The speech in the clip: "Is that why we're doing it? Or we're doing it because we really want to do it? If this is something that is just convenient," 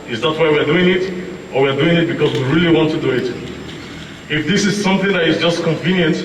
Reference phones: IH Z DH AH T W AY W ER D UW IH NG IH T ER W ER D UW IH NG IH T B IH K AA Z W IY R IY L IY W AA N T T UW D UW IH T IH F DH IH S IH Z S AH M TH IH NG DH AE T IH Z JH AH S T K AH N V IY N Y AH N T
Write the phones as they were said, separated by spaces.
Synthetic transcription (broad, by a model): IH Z DH AH T W AY W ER D UW IH NG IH T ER W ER D UW IH NG IH T B IH K AA Z W IY R IY L IY W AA N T T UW D UW IH T IH F DH IH S IH Z S AH M TH IH NG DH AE T IH Z JH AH S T K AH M V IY N Y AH N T